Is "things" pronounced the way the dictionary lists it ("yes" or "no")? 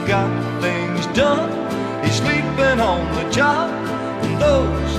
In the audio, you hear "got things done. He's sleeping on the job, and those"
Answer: yes